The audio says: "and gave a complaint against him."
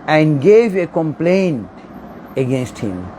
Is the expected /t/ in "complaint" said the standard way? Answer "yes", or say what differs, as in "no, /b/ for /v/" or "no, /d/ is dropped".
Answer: yes